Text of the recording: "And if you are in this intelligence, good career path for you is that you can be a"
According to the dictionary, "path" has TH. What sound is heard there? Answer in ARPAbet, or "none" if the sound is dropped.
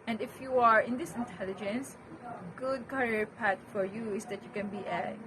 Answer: T